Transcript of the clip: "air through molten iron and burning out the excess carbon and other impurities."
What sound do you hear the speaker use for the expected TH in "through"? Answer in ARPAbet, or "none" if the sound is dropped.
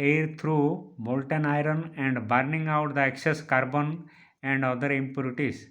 T